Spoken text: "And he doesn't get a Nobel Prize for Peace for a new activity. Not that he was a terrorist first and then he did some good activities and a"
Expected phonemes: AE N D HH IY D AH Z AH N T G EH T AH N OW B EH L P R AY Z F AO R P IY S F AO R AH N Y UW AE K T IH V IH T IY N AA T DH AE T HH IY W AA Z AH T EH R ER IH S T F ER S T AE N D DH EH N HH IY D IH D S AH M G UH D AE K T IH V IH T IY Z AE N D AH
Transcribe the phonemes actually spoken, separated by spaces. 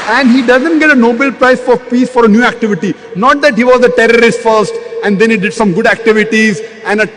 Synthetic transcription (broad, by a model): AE N D HH IY D AH Z AH N T G EH T AH N OW B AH L P R AY S F AO R P IY S F AO R AH N Y UW AE K T IH V IH T IY N AA T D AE T HH IY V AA Z AH T EH R ER IH S T F ER S T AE N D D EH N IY D IH D S AH M G UH D AE K T IH V IH T IY Z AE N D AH